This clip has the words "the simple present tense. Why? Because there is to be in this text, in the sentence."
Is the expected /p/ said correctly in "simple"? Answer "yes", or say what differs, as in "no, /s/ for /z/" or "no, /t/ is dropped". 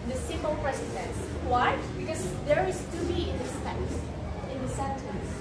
no, /p/ is dropped